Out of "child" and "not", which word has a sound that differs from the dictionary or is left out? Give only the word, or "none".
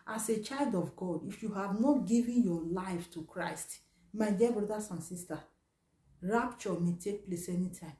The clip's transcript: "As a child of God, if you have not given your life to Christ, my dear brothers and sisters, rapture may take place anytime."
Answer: none